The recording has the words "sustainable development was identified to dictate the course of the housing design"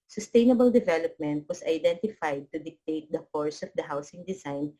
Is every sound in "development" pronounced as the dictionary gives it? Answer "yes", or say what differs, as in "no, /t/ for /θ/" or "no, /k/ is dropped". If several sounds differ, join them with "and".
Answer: yes